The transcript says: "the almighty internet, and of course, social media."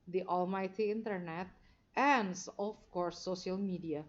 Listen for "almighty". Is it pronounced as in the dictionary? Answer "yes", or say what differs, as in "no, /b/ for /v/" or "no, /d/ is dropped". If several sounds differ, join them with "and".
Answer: yes